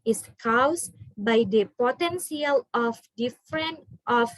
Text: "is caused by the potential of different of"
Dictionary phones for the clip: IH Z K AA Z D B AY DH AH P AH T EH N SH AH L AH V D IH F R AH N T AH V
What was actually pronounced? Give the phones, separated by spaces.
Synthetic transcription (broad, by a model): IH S K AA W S B AY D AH P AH T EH N S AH L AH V D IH F R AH N T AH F